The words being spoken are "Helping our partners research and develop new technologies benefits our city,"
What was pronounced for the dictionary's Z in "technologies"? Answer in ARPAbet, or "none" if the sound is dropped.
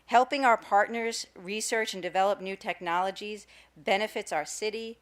Z